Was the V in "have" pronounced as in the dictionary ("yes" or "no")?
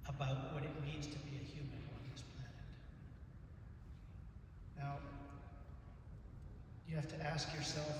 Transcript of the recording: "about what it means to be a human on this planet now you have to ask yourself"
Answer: no